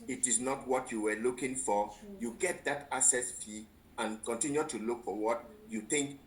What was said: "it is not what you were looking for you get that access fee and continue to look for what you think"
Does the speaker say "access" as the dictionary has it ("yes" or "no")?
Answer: no